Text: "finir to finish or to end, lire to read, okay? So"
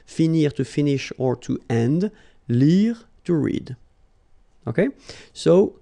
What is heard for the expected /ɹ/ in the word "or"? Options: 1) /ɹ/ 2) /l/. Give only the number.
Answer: 1